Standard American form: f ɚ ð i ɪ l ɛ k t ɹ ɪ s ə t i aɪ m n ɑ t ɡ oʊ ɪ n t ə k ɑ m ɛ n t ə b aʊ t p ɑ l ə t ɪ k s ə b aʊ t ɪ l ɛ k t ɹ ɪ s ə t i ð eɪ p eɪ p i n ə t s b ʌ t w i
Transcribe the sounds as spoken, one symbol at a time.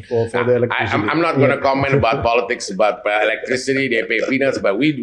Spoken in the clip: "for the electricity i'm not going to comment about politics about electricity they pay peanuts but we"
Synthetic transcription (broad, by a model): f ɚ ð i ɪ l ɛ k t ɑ ə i aɪ m n ɑ t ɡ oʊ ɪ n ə k ɑ m ɛ n t ə b aʊ t p ɑ l ə t ɪ k s ə b aʊ t ɪ l ɛ k t ɹ ɪ s ə t i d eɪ p eɪ f i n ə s b ʌ t w i